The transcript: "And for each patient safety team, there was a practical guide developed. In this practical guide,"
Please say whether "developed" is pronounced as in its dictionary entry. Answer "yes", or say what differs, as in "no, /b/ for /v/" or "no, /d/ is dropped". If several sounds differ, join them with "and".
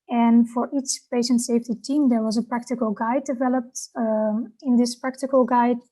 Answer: yes